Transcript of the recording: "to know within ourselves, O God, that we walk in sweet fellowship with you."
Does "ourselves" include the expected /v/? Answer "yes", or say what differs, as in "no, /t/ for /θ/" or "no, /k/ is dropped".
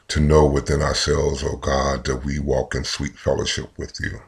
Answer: yes